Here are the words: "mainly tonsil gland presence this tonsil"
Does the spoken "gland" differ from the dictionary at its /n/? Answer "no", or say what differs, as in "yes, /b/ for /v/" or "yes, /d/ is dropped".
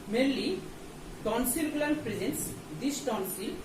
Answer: yes, /n/ is dropped